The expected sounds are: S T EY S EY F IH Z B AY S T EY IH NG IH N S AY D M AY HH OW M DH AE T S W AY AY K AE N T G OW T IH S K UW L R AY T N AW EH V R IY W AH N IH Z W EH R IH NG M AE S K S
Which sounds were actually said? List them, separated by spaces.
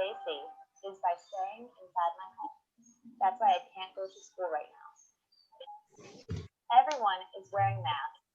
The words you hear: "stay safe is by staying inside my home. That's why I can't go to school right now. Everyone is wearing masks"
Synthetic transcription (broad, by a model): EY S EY IH Z B AY S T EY IH NG IH N S AY D M AY HH OW M DH AE T S W AY AY K AE N G OW T IH S K UW L R AY T N AW EH V R IY W AH N IH Z W EH R IH NG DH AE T